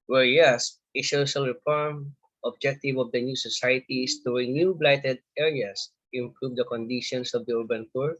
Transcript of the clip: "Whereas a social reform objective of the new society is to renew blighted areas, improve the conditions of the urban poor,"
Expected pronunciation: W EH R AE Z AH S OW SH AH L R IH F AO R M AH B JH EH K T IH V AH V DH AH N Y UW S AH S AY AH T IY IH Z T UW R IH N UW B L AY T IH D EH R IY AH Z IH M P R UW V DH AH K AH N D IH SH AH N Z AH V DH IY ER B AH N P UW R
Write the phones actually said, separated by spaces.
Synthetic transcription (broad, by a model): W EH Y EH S AH SH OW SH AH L R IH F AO R M AH B JH EH K T IH V AH V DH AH N Y UW S AH S AY AH T IY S T UW R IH N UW B L AY T IH D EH R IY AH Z IH M P R UW V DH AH K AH N D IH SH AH N S AH V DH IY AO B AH N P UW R